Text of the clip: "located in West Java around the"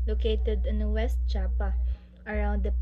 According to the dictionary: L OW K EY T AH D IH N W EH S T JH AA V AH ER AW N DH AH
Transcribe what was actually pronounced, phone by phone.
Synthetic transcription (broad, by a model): L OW K EY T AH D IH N W EH S T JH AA P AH ER AW N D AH